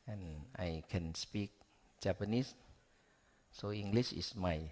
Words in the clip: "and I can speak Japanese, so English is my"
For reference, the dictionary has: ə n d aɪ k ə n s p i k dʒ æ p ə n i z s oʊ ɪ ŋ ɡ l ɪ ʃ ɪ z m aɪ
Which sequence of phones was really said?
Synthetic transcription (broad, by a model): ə n aɪ k ə n s p i k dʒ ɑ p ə n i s s oʊ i ŋ ɡ l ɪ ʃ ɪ s m aɪ